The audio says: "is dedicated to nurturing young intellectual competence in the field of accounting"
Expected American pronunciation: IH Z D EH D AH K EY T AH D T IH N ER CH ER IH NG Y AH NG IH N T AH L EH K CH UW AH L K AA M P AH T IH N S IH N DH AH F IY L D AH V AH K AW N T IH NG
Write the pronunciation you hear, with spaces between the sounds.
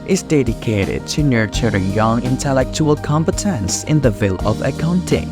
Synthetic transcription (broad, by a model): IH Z D EH D AH K EY T AH D T IH N ER CH ER IH NG Y AH NG IH N T AH L EH K CH UW AH L K AA M P AH T IH N S IH N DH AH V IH L AH V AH K AW N T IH NG